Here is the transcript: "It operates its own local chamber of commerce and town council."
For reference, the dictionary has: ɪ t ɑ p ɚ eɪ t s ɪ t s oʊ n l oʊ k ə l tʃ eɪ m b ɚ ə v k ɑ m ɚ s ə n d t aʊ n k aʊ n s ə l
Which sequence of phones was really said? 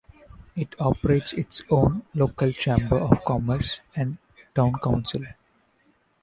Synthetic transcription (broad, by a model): ɪ t ɑ p ɚ eɪ t s ɪ t s oʊ n l oʊ k ə l tʃ eɪ m b ɚ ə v k ɑ m ɚ s ə n d t aʊ n k aʊ n s ə l